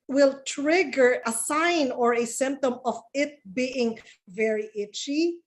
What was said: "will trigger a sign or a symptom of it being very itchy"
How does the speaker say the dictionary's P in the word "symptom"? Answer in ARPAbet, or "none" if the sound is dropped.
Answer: P